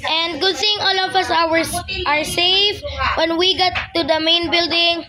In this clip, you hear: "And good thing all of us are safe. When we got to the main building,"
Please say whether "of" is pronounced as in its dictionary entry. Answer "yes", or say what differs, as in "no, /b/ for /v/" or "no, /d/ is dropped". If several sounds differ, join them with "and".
no, /w/ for /v/